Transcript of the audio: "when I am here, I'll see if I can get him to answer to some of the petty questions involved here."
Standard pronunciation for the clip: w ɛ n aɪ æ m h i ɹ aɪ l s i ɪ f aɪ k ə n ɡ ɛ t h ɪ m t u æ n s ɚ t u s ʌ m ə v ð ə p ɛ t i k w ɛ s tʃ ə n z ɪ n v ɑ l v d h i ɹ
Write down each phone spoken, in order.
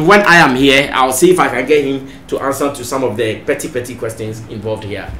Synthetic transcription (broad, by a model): w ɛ n aɪ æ m h i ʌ aɪ w s i ɪ f aɪ k ə n ɡ ɛ t h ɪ m t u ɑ n s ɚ t u s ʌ m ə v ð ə p ɛ t i k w ɛ s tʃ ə n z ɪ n v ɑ l v d h i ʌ